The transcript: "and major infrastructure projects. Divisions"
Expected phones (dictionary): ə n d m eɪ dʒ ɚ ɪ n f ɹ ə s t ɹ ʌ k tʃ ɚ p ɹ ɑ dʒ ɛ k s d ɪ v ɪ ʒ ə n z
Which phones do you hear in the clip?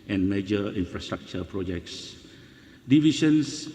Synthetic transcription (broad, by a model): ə n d m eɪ dʒ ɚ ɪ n f ɹ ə s t ɹ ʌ k tʃ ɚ p ɹ ɑ dʒ ɛ k s d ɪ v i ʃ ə n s